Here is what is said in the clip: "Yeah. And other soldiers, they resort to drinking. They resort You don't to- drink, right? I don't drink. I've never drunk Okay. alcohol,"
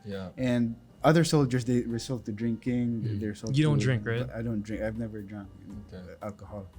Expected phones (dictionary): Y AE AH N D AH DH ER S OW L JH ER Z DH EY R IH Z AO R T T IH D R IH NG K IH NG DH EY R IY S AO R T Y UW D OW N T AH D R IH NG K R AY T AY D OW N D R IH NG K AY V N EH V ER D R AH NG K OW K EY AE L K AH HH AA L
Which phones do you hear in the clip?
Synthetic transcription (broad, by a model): Y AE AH N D AH DH ER S OW L JH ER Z DH EY R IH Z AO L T T IH D R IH NG K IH NG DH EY R S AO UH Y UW D OW N D R IH NG K R AY T AY D OW N D R IH NG K AY V N EH V ER D R AH NG K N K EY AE L K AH HH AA L